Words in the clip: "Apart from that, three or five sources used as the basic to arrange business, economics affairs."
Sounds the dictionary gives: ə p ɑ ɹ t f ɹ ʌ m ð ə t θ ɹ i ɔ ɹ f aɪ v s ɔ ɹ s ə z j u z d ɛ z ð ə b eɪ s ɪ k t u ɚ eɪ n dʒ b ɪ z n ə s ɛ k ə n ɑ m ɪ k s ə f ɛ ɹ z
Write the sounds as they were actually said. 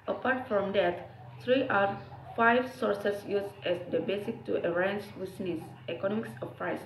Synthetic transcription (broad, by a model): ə p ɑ ɹ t f ɹ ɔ m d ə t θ ɹ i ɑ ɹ f aɪ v s ɔ ɹ s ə s j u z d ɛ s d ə b eɪ s ɪ k t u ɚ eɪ n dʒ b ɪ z n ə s ɛ k ə n ɑ m ɪ k s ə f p ɹ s